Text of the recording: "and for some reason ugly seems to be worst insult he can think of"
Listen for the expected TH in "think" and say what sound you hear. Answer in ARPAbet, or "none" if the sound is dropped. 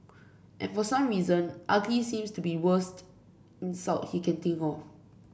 T